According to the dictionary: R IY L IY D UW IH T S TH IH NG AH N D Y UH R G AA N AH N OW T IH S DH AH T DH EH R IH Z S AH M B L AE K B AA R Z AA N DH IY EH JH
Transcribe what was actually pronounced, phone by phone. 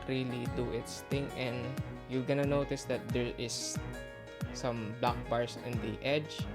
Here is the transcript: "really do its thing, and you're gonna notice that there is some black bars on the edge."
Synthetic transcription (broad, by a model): R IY L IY D UW IH T S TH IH NG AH N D Y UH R G AA N AH N OW T IH S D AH T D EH R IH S S AH M B L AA K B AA R S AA N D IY EH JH